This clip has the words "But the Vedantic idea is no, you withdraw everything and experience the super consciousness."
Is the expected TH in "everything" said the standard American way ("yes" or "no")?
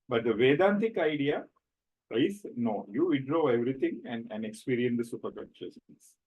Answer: no